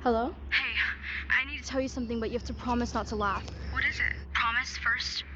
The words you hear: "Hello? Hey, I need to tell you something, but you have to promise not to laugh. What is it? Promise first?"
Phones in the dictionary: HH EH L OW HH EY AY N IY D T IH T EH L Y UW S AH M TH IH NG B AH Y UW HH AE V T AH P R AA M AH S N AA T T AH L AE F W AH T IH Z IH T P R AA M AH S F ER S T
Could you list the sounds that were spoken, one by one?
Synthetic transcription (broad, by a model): HH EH L OW HH EY AY N IY D T IH T EH L Y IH S AH M TH IH NG B AH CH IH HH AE F T AH P R AA M AH S N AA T T AH L AE F W AH T IH Z IH T P R AA M AH S F ER S T